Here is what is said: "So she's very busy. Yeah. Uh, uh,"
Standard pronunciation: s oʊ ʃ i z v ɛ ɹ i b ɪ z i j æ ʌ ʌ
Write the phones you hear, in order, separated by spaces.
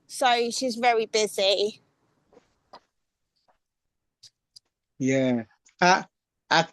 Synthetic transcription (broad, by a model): s oʊ ʃ i z v ɛ ɹ i b ɪ z i j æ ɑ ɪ